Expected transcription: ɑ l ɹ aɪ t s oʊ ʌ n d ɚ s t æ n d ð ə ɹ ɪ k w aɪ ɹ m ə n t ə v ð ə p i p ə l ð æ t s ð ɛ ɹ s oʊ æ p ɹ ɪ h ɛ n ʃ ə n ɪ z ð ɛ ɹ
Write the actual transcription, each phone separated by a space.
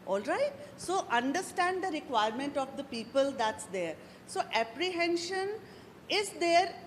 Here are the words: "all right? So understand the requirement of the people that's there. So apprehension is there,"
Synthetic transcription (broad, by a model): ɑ l ɹ aɪ t s oʊ ʌ n d ɚ s t æ n d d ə ɹ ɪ k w aɪ ɹ m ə n t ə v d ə p i p ə l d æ t s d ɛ ɹ s oʊ æ p ɹ ɪ h ɛ n ʃ ə n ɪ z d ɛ ɹ